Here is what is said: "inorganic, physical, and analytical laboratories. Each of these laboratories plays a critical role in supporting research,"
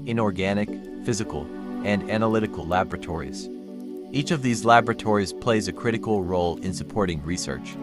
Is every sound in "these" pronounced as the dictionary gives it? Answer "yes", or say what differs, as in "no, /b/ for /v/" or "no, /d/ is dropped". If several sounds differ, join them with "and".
yes